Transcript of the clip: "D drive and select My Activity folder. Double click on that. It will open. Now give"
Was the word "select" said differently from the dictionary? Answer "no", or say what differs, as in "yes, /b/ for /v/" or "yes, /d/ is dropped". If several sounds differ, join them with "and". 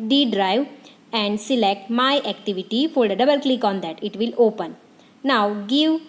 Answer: no